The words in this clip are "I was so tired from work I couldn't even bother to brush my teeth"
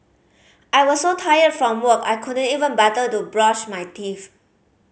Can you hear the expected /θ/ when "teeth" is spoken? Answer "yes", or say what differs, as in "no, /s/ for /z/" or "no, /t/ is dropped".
no, /f/ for /θ/